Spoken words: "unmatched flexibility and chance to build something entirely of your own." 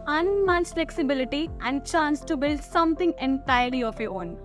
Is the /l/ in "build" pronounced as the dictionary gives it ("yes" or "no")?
yes